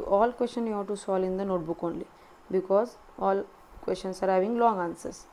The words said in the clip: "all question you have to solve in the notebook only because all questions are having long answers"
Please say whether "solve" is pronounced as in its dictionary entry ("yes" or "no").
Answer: no